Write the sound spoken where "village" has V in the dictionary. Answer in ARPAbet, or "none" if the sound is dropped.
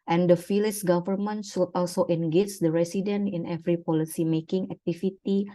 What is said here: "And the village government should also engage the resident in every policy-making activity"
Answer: F